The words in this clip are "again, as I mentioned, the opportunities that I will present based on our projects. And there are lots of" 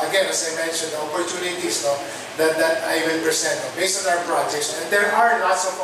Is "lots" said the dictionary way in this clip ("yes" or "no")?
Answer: no